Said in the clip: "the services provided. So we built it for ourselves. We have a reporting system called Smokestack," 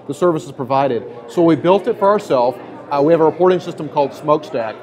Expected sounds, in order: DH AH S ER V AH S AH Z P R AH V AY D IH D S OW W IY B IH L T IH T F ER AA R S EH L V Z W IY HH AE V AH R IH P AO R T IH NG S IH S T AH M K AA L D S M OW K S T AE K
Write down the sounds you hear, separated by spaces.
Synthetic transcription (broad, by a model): DH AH S ER V AH S AH Z P R AH V AY D IH D S OW W IY B IH L T IH T F ER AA R S EH L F W IY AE V AH R IH P AO R T IH NG S IH S T AH M K AA L D S M OW K S T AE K